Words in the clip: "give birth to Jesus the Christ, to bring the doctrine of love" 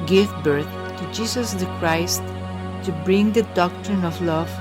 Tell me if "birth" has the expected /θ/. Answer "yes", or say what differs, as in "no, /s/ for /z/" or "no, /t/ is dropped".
no, /t/ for /θ/